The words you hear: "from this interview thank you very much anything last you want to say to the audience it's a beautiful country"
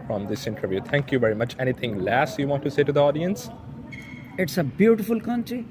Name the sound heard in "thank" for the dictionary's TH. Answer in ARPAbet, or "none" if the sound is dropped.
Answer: T